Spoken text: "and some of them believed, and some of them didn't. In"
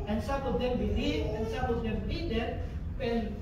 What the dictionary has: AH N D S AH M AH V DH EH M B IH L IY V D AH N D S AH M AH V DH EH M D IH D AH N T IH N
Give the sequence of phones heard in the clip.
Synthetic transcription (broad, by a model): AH N S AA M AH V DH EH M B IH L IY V AH N S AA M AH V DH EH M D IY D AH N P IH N